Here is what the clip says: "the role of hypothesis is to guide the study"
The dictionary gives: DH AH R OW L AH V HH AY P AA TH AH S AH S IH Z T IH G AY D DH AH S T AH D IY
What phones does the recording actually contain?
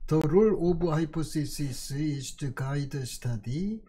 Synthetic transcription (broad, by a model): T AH R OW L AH B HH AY P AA S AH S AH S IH S T IH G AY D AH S T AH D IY